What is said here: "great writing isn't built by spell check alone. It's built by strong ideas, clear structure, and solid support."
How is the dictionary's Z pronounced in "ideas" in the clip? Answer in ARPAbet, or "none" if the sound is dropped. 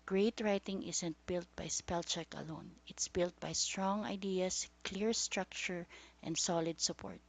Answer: S